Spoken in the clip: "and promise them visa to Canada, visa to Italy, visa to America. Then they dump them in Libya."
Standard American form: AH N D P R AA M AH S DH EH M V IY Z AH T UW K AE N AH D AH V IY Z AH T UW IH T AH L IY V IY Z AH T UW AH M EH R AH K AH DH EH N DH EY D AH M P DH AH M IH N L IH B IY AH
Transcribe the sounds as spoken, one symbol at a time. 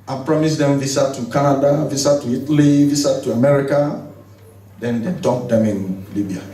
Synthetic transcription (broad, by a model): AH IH P R AA M AH S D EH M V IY S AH T UW K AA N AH D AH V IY S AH T UW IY T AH L IY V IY S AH T UW AH M EH R AH K AH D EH N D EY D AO P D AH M IH N L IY B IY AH